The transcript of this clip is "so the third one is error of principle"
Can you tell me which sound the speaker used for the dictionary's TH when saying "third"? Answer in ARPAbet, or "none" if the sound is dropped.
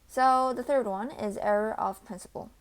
TH